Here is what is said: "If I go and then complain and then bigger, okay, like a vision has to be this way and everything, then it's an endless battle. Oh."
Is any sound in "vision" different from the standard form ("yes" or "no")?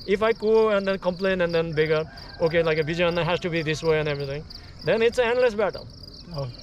yes